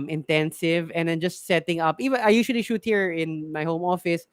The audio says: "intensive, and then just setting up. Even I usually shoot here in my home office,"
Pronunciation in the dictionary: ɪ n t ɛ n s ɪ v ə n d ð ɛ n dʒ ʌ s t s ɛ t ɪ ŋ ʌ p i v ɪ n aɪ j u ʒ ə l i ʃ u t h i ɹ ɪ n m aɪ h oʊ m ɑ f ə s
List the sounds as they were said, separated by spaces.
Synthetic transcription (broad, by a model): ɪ n t ɛ n s ɪ v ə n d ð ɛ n dʒ ʌ s t s ɛ t ɪ ŋ ʌ p i v ɪ n aɪ j u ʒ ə l i ʃ u t h i ɹ ɪ n m aɪ h oʊ m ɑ f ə s